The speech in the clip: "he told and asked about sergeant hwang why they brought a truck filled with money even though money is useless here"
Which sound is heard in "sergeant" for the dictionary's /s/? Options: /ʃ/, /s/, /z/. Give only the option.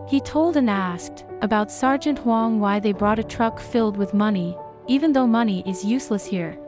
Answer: /s/